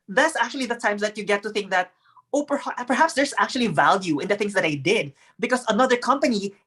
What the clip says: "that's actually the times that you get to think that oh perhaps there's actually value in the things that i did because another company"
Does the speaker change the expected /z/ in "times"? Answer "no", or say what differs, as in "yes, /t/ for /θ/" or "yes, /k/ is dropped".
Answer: yes, /s/ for /z/